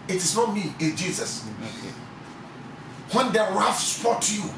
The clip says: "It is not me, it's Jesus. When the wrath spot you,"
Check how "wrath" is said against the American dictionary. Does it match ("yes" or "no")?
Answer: no